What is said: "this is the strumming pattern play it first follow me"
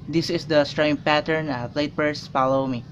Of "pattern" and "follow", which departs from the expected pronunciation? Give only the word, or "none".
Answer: none